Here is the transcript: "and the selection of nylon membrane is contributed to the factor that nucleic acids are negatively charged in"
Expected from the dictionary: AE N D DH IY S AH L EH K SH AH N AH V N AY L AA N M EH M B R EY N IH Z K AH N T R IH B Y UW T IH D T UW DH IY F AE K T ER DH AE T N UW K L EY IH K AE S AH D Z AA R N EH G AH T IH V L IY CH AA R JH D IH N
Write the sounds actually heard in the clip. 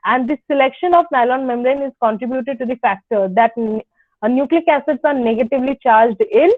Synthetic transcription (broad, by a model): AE N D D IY S AH L EH K SH AH N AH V N AY L AA N M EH M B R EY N IH Z K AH N T R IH B Y UW T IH D T UW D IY F AE K T ER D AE T N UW K L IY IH K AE S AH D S AA R N EH G AH T IH V L IY CH AA R JH D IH N